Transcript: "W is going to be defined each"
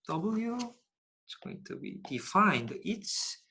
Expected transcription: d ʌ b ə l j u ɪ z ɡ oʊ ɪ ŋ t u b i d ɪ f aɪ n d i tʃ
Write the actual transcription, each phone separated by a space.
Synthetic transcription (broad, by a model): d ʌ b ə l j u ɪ s ɡ oʊ ɪ ŋ t u b i d ɪ f aɪ n d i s